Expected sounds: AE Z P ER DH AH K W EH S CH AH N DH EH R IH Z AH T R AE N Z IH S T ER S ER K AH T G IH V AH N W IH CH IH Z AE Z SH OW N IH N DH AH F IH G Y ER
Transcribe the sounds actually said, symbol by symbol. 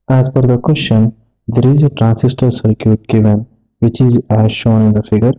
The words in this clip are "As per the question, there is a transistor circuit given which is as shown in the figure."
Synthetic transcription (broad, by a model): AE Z F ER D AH K W EH S CH AH N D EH R IH Z AH T R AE N S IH S T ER S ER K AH T G IH V AH N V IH CH IH Z AE Z SH OW N IH N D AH F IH G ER